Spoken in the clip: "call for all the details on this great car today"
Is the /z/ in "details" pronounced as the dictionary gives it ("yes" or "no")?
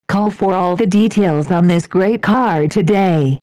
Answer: yes